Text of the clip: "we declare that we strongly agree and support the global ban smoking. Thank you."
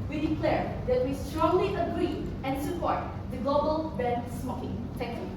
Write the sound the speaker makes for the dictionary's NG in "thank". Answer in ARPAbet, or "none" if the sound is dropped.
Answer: none